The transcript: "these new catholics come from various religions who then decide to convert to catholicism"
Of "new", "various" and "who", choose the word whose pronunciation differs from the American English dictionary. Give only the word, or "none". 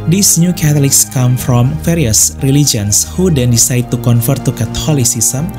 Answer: various